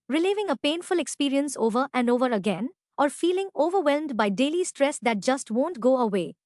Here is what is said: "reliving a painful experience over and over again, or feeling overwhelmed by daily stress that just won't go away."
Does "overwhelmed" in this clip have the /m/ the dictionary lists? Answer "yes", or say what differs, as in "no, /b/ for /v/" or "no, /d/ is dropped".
yes